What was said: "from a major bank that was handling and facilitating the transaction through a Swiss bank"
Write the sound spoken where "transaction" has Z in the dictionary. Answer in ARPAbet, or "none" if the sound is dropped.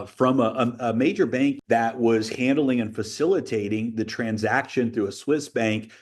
Z